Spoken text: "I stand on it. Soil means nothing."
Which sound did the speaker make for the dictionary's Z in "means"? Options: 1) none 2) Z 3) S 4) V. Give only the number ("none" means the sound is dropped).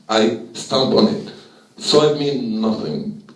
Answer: 1